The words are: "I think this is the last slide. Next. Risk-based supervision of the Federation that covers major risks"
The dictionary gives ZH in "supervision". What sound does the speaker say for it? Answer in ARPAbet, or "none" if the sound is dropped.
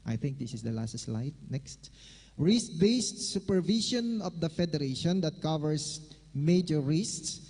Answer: SH